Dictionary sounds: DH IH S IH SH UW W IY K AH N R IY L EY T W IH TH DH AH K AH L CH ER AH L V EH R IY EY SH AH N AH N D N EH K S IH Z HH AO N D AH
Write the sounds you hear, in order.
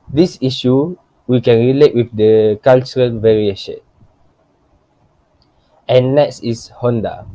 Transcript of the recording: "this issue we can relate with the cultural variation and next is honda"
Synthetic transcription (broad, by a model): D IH S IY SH UW W IY K AH N R IY L EY T W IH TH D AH K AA L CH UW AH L V EH R IY EY SH AH N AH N N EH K S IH S HH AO N D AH